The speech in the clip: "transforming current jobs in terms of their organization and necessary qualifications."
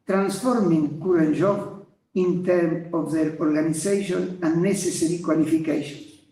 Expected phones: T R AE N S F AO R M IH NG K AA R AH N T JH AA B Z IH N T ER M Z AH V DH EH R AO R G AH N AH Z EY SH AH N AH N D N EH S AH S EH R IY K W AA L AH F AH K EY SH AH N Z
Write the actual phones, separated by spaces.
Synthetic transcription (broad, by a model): T R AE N S F AO R M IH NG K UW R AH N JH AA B IH N T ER M AH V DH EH R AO R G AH N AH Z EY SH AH N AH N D N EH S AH S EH R IY K W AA L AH F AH K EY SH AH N